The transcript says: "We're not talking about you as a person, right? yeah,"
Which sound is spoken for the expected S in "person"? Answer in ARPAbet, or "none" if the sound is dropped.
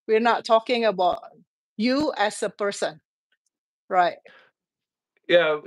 S